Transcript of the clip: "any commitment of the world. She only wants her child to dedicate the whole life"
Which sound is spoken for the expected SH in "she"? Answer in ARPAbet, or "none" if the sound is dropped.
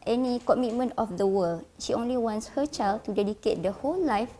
SH